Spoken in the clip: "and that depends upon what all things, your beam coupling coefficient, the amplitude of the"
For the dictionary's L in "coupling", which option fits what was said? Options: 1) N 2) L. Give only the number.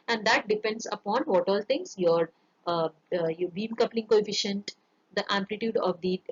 2